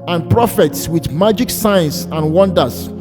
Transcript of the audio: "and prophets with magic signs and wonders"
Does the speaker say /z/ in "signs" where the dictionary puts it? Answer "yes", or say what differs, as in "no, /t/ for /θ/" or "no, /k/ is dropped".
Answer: no, /s/ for /z/